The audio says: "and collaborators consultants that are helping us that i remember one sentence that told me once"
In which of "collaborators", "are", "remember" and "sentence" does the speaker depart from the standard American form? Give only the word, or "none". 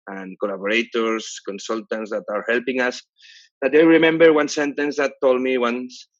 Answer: collaborators